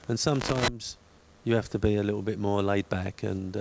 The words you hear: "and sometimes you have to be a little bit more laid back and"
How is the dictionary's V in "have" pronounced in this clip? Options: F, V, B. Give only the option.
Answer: F